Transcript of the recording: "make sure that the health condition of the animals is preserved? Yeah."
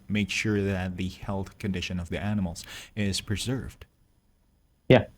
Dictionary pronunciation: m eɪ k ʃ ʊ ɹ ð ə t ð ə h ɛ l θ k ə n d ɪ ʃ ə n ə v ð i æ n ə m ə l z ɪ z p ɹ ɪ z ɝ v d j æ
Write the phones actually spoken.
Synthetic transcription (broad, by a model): m eɪ k ʃ ʊ ɹ ð ə t ð ə h ɛ l θ k ə n d ɪ ʃ ə n ə v ð i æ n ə m l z ɪ z p ɹ ɪ z ɝ v d j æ